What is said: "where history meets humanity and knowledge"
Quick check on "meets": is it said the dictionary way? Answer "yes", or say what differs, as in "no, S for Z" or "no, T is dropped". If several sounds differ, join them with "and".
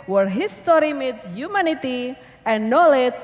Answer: no, S is dropped